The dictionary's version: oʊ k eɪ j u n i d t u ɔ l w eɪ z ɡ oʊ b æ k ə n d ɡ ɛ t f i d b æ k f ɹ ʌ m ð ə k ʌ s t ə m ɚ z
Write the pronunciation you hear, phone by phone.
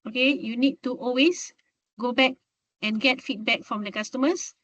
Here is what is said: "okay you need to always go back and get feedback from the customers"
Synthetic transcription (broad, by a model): oʊ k eɪ j u n i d t u ɔ l w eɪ s ɡ oʊ b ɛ k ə n ɡ ɛ t f i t b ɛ k f ɹ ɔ m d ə k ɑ s t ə m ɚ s